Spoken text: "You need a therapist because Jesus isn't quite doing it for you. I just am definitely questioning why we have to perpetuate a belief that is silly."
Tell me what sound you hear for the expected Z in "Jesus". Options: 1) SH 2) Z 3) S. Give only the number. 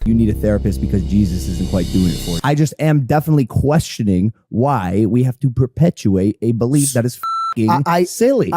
2